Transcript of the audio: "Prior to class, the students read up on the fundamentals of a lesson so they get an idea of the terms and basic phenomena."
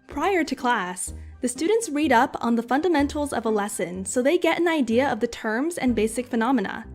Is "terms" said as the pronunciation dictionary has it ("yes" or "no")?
yes